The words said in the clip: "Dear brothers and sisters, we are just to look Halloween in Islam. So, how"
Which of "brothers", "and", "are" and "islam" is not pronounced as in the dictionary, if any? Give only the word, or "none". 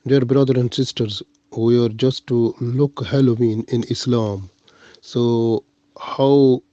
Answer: brothers